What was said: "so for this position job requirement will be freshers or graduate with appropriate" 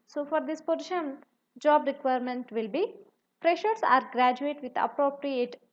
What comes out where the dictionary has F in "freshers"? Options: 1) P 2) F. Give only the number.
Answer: 1